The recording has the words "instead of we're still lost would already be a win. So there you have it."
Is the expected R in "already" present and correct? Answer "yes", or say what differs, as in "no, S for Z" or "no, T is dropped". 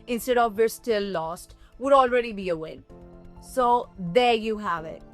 yes